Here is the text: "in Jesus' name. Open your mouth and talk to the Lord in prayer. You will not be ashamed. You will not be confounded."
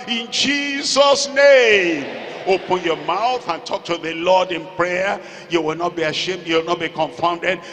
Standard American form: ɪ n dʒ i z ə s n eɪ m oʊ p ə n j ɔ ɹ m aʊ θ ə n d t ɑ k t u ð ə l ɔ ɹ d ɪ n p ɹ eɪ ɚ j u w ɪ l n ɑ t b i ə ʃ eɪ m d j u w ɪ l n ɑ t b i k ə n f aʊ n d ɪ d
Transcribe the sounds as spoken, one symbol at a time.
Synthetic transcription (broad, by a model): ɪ n dʒ i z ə s n eɪ m oʊ p ə n j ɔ m aʊ θ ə n t ɑ k t u ð ə l ɔ d ɪ n p ɹ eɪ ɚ j u w ɪ l n ɑ t b i ə ʃ eɪ m d j u w ɪ l n ɑ t b i k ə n f aʊ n d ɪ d